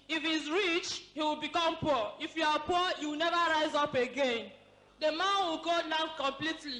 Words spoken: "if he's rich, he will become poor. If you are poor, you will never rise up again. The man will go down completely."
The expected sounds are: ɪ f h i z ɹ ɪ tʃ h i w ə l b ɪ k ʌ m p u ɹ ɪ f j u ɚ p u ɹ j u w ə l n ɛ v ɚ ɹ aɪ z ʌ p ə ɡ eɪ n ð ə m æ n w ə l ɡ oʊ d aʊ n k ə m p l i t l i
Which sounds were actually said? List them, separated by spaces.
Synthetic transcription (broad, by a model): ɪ f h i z ɹ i tʃ h i w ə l b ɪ k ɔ m p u ɪ f j u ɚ p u j u w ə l n ɛ v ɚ ɹ aɪ z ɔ p ə ɡ eɪ n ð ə m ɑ n w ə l ɡ oʊ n aʊ k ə m p l i t l i